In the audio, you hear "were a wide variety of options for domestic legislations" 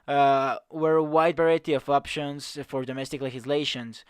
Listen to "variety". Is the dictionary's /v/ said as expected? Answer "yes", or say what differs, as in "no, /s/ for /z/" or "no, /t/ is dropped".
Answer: no, /b/ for /v/